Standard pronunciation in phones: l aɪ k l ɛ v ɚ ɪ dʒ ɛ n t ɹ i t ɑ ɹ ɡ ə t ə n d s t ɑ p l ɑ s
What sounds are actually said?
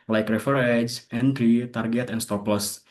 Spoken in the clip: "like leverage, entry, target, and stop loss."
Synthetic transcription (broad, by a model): l aɪ k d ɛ f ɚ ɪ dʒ ɛ n t ɹ i t ɑ ɹ ɡ ə t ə n s t ɑ p l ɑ s